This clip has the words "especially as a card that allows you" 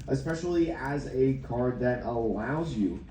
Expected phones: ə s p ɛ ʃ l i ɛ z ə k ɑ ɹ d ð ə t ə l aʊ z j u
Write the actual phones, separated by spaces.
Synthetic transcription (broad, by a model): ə s p ɛ ʃ l i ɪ z ə k ɑ ɹ d ð ə t ə l aʊ z j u